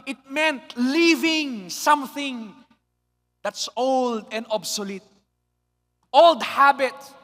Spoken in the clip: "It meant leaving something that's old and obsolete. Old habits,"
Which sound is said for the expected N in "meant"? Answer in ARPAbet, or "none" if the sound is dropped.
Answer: N